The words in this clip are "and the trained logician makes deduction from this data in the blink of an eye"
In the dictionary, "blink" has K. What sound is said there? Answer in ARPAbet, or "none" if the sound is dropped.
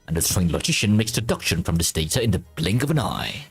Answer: K